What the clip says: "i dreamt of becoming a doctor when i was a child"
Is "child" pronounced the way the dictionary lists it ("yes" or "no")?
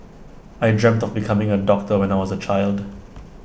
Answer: yes